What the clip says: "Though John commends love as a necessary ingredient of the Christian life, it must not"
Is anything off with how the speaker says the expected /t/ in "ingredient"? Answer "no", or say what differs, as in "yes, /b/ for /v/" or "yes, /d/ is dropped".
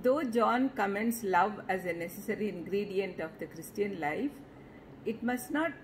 no